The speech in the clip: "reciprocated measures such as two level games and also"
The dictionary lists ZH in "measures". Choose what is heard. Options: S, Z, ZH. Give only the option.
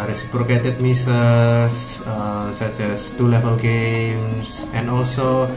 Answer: S